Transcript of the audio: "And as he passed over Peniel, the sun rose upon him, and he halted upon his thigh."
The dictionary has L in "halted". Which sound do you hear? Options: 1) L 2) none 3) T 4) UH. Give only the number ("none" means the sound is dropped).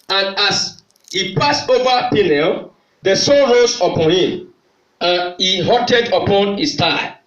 2